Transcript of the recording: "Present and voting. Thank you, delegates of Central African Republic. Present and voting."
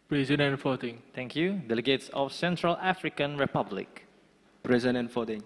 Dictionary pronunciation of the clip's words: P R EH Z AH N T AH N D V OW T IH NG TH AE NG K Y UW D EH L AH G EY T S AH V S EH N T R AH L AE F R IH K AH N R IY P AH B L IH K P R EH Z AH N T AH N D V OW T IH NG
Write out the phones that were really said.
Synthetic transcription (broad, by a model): P R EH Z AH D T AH N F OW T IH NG T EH NG K Y UW D EH L AH G EY T S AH F S EH N T R AH L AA F R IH K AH N R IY P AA B L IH K P R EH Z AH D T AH N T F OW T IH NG